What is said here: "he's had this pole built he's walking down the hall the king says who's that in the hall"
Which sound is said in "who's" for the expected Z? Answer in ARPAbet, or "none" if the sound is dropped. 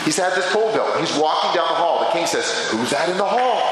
Z